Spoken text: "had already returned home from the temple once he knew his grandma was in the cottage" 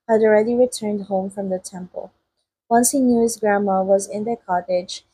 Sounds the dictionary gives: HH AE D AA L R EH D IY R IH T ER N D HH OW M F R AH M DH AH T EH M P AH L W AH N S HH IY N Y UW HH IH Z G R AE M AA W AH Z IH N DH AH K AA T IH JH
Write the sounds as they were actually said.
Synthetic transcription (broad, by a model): HH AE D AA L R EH D IY R IH T ER N D HH OW M F R AH M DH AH T EH M P AH L W AH N S HH IY N Y UW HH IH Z G R AE M AA W AH Z IH N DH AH K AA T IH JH